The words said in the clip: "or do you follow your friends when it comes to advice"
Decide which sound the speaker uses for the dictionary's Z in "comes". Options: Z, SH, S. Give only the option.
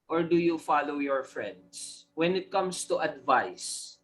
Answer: S